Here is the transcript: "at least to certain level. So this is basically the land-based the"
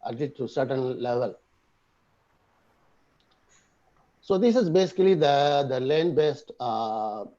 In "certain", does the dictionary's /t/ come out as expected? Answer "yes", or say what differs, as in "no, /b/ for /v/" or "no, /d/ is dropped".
yes